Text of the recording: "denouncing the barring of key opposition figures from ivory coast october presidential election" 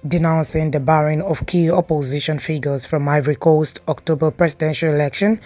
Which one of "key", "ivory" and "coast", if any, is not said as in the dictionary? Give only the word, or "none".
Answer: none